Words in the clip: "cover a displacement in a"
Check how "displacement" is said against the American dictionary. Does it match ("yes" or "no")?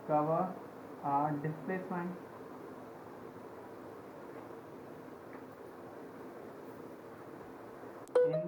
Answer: no